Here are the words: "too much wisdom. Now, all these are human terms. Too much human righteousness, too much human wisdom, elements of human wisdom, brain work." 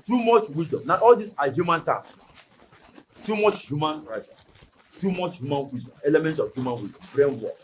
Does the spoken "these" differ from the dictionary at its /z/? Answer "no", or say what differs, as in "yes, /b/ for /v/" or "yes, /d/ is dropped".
yes, /s/ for /z/